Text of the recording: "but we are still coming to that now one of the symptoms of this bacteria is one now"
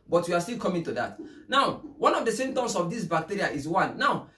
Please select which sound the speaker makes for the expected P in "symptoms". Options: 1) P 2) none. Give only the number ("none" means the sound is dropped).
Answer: 2